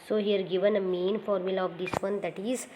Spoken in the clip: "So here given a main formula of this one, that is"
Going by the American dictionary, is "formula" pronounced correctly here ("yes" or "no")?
yes